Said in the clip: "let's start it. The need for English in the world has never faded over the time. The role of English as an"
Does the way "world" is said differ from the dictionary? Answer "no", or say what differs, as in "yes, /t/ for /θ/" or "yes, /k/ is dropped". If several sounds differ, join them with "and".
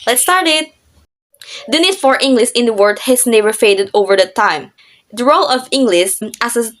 yes, /l/ is dropped